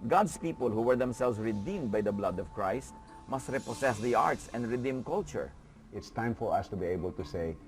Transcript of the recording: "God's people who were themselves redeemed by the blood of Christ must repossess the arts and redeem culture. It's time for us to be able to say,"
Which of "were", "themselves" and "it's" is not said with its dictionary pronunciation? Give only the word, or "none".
themselves